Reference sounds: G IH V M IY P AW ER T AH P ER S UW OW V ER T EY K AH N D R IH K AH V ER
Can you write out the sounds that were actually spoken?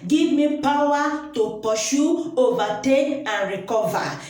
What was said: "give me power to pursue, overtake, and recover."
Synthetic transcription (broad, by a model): G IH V M IY P AW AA T AH P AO SH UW OW V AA T EY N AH N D R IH K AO V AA